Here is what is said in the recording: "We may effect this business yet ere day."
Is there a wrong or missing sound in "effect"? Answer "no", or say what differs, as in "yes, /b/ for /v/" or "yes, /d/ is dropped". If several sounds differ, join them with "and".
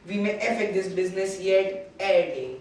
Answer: yes, /k/ is dropped